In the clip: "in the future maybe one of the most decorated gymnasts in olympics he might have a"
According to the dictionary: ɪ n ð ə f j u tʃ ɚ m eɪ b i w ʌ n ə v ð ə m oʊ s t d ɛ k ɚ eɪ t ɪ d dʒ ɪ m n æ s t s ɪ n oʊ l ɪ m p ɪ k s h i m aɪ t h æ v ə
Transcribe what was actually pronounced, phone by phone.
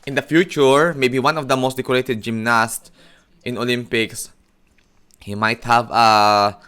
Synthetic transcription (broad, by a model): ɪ n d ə f j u tʃ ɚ m eɪ b i w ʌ n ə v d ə m oʊ s t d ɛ k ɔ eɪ t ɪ d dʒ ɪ m n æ s t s ɪ n oʊ l ɪ m p ɪ k s h i m aɪ t h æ v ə